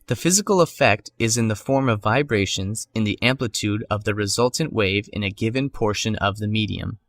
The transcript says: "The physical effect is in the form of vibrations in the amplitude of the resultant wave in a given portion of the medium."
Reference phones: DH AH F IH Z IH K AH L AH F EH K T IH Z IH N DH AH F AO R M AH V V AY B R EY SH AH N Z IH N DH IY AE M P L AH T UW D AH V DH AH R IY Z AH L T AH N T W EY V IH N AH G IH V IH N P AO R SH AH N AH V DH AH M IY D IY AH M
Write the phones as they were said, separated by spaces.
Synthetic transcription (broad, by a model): DH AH F IH Z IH K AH L AH F EH K T IH Z IH N DH AH F AO R M AH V V AY B R EY SH AH N Z IH N DH IY AE M P L AH T UW D AH V DH AH R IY Z AH L T N T W EY V IH N AH G IH V IH N P AO R SH AH N AH V DH AH M IY D IY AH M